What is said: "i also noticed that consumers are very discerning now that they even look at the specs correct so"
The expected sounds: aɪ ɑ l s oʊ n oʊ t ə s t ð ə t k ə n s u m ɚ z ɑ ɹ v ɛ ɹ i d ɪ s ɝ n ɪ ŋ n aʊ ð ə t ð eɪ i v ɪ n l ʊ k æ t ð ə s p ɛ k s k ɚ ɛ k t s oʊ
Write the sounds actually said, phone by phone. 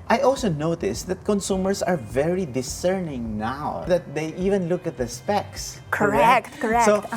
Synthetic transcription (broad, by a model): aɪ ɑ l s oʊ n oʊ t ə s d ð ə t k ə n s u m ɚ s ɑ ɹ v ɛ ɹ i d ɪ s ɝ n ɪ ŋ n aʊ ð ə t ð eɪ i v ɪ n l ʊ k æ t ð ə s p ɛ k s k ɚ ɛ k t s oʊ